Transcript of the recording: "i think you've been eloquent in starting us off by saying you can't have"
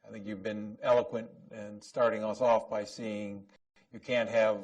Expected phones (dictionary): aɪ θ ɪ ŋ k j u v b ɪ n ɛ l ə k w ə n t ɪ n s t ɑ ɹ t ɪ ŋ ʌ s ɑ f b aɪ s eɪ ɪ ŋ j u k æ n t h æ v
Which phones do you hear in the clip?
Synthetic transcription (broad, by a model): aɪ θ ɪ ŋ k j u v b ɪ n ɛ l ə k w ə n t ɪ n s t ɑ ɹ t ɪ ŋ ʌ s ɑ f b aɪ s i ɪ ŋ j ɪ k æ n t h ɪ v